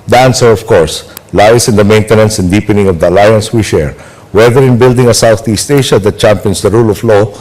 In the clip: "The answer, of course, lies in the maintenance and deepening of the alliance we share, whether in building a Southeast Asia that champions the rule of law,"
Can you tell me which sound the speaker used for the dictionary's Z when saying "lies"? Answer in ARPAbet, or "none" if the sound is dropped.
S